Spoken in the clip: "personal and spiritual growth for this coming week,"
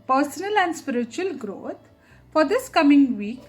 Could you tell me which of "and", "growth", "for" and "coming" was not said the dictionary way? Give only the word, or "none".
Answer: growth